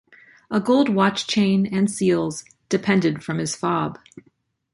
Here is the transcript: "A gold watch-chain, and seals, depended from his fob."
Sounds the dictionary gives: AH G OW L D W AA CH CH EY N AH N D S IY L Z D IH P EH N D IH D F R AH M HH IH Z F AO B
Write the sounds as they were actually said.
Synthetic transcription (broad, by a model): AH G OW L D W AA CH CH EY N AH N S IY L Z D IH P EH N D IH D F R AH M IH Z F AO B